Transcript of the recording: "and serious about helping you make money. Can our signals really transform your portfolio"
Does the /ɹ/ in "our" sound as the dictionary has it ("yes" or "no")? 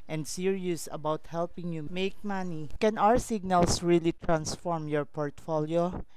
yes